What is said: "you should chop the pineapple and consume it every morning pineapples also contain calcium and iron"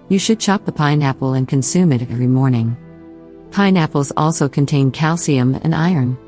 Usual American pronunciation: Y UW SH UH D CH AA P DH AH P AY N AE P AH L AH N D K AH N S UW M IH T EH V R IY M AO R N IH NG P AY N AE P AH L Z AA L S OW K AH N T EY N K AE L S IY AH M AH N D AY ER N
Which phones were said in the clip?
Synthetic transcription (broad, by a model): Y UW SH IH D CH AA P DH AH P AY N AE P L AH N K AH N S UW M IH T EH V R IY M AO R N IH NG P AY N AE P L Z AA L S OW K AH N T EY N K AE L S IY AH M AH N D AY ER N